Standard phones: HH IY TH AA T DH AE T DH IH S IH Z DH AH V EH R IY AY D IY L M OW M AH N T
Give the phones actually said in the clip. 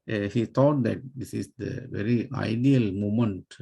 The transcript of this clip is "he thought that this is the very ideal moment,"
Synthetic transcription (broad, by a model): HH IY T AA T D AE T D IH S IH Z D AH V EH R IY AY D IY L M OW M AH N T